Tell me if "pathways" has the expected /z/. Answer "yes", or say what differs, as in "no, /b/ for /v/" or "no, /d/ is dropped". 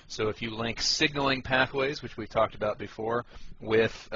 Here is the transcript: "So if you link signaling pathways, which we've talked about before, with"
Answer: yes